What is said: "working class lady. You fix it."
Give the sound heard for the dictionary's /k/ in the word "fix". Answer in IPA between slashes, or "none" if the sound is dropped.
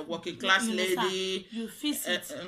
none